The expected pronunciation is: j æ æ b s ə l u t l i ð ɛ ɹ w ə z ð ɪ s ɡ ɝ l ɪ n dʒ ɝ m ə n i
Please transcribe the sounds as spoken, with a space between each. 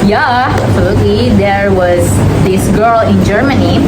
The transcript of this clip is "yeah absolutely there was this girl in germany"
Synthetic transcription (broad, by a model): j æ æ s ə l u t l i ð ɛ ɹ w ə z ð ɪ s ɡ ɝ l ɪ n dʒ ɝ m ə n i